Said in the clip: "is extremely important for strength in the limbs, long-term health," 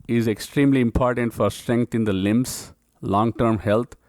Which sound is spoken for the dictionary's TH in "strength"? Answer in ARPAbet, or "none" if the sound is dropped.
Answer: T